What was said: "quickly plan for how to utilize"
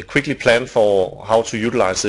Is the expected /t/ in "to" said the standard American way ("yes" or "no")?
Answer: no